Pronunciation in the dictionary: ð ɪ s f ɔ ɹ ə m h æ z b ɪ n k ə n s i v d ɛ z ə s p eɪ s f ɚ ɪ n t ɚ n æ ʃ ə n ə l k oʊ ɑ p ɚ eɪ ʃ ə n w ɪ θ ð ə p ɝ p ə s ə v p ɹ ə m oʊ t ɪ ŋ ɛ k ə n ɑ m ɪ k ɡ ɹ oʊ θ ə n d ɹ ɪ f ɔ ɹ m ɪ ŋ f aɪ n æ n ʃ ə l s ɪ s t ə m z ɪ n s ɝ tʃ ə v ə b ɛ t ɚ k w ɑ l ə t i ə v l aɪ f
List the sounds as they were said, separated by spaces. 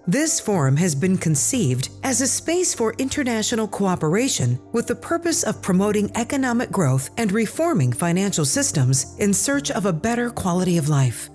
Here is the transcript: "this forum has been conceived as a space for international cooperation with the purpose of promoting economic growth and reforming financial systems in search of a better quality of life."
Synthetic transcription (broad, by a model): ð ɪ s f ɔ ɹ ə m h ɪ z b ɪ n k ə n s i v d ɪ z ə s p eɪ s f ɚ ɪ n t ɚ n æ ʃ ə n l k oʊ ɑ p ɚ eɪ ʃ ə n w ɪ ð ə p ɝ p ə s ə v p ɹ ə m oʊ t ɪ ŋ ɛ k ə n ɑ m ɪ k ɡ ɹ oʊ θ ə n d ɹ ɪ f ɔ ɹ m ɪ ŋ f aɪ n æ n ʃ l s ɪ s t ə m z ɪ n s ɝ tʃ ə v ə b ɛ t ɚ k w ɑ l ə t i ə v l aɪ f